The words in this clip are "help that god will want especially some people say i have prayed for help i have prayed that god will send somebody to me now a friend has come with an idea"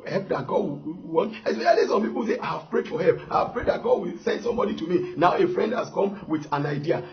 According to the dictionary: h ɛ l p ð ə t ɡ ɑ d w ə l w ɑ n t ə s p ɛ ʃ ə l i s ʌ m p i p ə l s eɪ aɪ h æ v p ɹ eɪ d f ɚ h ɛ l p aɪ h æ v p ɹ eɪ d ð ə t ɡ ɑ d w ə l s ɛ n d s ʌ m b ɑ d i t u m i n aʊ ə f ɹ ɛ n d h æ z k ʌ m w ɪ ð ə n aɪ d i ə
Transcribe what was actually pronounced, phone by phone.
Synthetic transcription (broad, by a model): h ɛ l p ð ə t ɡ ɑ d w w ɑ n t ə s ɛ ə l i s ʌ m p i p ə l s eɪ aɪ h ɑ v p ɹ eɪ d f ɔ h ɛ l p aɪ h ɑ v p ɹ eɪ d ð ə t ɡ ɑ d w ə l s ɛ n d s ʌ m b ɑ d i t u m i n aʊ ə f ɹ ɛ n d h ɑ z k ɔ m w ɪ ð ə n aɪ d i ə